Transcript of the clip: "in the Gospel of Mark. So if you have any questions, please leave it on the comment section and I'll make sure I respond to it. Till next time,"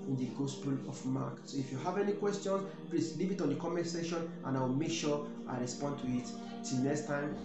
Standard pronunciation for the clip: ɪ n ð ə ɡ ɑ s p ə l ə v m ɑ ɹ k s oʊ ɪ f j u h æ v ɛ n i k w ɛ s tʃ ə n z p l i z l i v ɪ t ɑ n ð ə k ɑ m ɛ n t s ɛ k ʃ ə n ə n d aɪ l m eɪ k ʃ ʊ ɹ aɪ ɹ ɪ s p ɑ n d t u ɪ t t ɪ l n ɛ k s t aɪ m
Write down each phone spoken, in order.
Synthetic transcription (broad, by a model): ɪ n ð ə ɡ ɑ s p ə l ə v m ɑ k s oʊ ɪ f j u h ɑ v ɛ n i k w ɛ s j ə n s p l i s l i v ɪ t ɑ n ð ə k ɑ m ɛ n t s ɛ ʃ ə n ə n aɪ w m eɪ k ʃ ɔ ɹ aɪ ɹ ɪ s p ɑ n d t u ɪ t t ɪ l n ɛ k s t aɪ m